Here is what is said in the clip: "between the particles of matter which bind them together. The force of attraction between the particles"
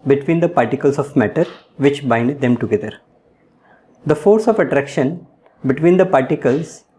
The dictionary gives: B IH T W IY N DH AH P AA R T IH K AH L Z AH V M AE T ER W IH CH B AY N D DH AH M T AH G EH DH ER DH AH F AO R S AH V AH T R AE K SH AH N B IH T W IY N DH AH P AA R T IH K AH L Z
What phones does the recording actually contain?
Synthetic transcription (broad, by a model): B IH T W IY N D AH P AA R T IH K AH L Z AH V M AE T ER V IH CH B AY N D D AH M T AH G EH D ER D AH F AO R S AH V AH T R AE K SH AH N B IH T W IY N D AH P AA R T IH K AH L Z